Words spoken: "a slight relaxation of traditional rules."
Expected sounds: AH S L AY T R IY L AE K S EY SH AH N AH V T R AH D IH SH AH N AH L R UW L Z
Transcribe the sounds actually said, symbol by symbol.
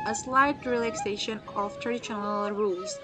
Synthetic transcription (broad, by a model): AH S L AY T R IY L AE K S EY SH AH N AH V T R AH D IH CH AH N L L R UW L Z